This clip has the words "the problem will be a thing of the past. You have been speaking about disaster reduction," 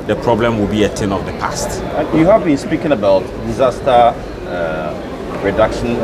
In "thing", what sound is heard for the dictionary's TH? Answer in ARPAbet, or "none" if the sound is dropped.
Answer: T